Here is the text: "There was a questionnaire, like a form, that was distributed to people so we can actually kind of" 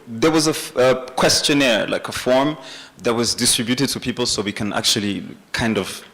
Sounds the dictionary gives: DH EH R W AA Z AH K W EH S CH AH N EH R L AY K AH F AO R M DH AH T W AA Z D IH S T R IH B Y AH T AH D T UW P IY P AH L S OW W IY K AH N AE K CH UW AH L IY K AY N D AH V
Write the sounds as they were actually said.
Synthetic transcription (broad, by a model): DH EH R W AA Z AH K W EH S CH AH N EH R L AY K AH F AO R M DH AH T W AA Z D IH S T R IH B Y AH T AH D T UW P IY P AH L S OW W IY K AH N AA K CH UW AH L IY K AY N D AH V